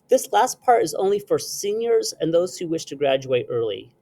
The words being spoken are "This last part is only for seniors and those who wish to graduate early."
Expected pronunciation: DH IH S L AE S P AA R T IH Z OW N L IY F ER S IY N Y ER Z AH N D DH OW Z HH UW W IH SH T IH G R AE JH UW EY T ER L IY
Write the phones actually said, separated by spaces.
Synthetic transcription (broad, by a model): DH IH S L AE S P AA R T IH Z OW N L IY F ER S IY N Y ER Z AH N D DH OW Z HH UW W IH SH T IH G R AE JH UW EY T ER L IY